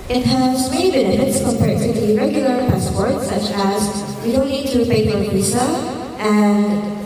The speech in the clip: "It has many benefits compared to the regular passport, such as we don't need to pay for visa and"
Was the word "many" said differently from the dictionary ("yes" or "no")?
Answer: yes